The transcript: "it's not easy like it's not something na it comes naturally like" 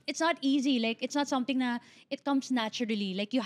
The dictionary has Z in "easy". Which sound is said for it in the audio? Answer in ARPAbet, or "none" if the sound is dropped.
Z